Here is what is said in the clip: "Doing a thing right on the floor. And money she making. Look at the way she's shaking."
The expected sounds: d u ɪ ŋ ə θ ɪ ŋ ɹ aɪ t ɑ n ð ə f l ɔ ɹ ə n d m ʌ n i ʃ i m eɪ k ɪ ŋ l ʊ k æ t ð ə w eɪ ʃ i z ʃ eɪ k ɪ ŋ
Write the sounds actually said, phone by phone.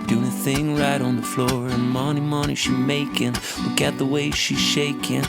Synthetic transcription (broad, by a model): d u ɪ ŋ ə θ ɪ ŋ ɹ aɪ t n ð ə f l ɔ ɹ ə n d m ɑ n i ʃ i m eɪ k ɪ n l ʊ k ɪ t ð ə w eɪ ʃ i z ʃ eɪ k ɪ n